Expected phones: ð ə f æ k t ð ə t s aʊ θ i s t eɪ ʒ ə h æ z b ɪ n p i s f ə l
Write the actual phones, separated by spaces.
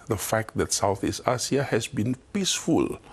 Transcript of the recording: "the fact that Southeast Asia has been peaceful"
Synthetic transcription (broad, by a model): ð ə f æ k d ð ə t s aʊ θ i s t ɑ s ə h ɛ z b ɪ n p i s f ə l